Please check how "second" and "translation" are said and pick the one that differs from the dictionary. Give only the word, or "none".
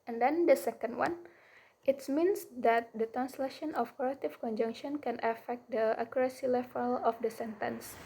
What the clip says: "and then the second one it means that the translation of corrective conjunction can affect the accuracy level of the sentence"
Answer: none